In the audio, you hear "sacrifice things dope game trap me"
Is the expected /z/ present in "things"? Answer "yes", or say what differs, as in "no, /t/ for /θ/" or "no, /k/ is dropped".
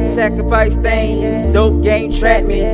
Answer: no, /z/ is dropped